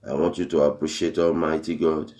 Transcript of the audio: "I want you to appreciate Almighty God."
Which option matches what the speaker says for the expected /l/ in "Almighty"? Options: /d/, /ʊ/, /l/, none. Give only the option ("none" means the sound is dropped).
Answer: /l/